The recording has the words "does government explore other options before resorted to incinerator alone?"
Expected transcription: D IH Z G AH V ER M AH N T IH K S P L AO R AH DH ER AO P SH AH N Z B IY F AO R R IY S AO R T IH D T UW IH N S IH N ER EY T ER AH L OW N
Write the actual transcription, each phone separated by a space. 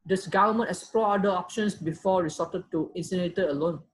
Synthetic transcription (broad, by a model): D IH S G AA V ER M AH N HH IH S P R AO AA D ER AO P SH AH N S B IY F AO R R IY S AO T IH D T UW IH N S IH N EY T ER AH L OW N